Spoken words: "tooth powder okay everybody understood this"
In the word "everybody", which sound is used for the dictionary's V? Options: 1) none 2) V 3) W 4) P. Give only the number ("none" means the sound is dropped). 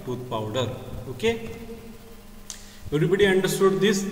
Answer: 1